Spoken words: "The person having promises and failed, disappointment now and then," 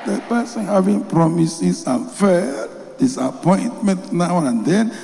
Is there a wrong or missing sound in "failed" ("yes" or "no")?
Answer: yes